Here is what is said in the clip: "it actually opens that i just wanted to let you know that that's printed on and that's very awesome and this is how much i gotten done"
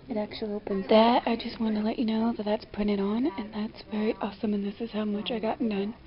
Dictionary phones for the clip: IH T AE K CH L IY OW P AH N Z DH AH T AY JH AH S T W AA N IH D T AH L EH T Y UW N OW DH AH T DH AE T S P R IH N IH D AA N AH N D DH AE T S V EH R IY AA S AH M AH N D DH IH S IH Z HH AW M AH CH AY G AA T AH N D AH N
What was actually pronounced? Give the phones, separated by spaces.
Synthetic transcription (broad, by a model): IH T AE K CH L IY OW P AH N Z DH AH T AY JH AH S T W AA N T AH L EH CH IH N OW DH AH T DH AE T S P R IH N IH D N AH N DH AE T S V EH R IY AA S AH M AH N DH IH S IH Z HH AW M AH CH AY G AA T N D AH N